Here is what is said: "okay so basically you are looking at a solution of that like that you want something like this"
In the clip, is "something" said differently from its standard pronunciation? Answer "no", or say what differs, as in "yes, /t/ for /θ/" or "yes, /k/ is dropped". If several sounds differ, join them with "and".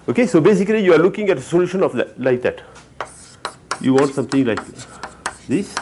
yes, /t/ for /θ/